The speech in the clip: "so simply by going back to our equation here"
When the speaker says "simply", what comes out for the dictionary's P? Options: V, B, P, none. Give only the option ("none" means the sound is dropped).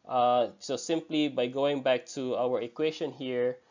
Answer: P